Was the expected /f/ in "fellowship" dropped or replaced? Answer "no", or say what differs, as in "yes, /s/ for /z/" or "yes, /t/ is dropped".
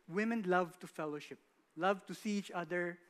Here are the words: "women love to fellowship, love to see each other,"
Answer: no